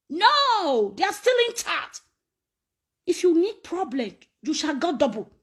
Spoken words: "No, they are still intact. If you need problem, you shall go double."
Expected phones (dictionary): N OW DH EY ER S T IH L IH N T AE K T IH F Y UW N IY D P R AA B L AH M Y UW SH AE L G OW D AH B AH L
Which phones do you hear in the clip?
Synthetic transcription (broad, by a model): N OW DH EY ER S T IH L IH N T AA T IH F Y UW N IY D P R AA B L AH M Y UW SH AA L G OW D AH B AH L